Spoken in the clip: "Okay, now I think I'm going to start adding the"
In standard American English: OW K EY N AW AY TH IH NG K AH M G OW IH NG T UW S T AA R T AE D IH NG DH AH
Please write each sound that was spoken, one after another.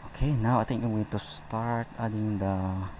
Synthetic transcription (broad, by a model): OW K EY N AW AY T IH NG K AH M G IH T UW S T AA R T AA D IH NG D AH